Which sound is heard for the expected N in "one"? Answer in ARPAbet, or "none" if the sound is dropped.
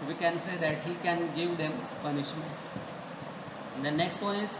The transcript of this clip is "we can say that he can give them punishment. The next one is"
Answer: none